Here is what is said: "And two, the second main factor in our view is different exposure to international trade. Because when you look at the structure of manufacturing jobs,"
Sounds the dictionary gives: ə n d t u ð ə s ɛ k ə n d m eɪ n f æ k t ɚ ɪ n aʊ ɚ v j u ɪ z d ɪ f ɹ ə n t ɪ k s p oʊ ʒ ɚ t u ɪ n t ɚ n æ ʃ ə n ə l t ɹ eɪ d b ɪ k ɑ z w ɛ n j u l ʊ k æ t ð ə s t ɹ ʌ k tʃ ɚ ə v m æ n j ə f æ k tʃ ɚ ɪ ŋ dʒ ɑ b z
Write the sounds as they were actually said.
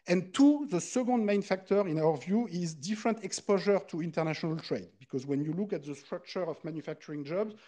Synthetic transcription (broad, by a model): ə n t u ð ə s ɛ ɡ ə n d m eɪ n f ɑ k t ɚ ɪ n aʊ ɚ v j u ɪ z d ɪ f ɹ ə n t ɪ k s p oʊ ʒ ɚ t u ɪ n t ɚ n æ ʃ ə n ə l t ɹ eɪ d b ɪ k ɑ z w ɛ n j u l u k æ t ð ə s t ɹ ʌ k tʃ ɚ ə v m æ n j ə f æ k tʃ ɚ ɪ ŋ dʒ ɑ b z